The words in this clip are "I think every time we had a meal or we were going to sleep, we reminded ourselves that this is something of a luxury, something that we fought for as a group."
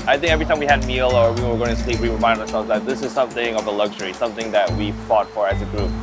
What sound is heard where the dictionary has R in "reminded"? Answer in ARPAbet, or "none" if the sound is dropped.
W